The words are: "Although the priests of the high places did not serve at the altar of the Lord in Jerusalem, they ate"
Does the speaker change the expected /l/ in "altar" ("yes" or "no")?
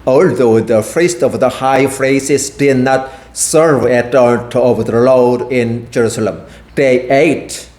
yes